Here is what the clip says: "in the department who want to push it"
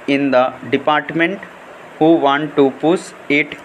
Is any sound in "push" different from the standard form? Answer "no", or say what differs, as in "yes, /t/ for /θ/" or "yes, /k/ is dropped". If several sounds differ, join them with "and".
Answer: yes, /s/ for /ʃ/